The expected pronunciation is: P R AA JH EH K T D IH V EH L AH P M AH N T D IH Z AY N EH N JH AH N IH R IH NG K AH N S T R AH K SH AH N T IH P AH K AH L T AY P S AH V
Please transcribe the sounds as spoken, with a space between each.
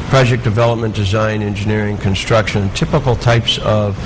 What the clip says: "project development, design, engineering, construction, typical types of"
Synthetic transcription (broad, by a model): P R AA JH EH K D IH V EH L AH P M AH N D IH Z AY N EH N JH AH N IH R IH NG K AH N S T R AH K SH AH N T IH P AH K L T AY P S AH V